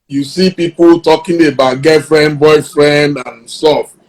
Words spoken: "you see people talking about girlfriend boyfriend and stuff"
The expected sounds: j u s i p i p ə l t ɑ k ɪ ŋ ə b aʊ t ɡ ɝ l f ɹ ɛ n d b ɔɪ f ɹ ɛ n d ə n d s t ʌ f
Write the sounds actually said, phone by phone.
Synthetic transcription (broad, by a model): j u s i p i p ə l t ɑ k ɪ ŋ ə b aʊ t ɡ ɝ f ɹ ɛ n b ɔɪ f ɹ ɛ n d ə n s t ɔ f